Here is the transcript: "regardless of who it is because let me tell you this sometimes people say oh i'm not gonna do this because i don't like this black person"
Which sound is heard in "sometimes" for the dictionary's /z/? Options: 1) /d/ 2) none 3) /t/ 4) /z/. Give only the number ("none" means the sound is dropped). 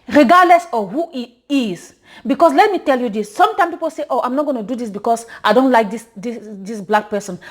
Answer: 2